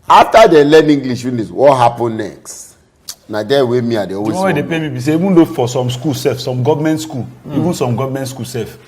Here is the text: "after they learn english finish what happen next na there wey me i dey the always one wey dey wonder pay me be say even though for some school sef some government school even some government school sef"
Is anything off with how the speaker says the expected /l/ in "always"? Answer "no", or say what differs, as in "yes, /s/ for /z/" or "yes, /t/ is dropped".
yes, /l/ is dropped